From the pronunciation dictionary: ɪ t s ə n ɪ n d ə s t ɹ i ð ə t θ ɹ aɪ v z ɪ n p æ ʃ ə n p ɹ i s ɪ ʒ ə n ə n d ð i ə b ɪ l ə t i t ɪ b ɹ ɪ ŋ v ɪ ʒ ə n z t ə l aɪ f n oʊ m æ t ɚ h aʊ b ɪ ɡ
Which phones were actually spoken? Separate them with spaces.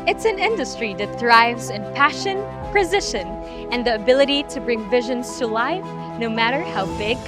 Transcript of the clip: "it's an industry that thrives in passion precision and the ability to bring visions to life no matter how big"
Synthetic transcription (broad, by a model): ɪ t s ə n ɪ n d ə s t ɹ i ð ə t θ ɹ aɪ v z ɪ n p æ ʃ ə n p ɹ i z ɪ ʃ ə n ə n ð i ə b ɪ l ə t i t ɪ b ɹ ɪ ŋ v ɪ ʒ ə n z t ə l aɪ f n oʊ m æ t ɚ h aʊ b ɪ ɡ